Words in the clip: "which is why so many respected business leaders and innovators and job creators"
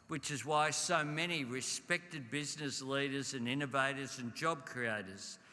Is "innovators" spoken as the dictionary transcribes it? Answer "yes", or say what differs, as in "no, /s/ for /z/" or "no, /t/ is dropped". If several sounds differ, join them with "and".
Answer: yes